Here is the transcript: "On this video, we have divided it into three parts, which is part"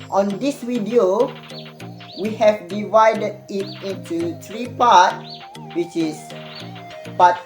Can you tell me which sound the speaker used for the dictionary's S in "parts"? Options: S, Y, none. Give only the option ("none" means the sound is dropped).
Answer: none